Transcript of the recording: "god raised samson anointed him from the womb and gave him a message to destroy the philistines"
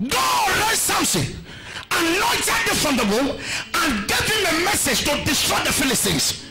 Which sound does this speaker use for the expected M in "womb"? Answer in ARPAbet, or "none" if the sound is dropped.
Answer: none